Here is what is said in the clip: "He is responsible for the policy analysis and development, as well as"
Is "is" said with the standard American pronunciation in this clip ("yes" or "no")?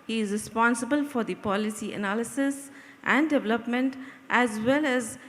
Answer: yes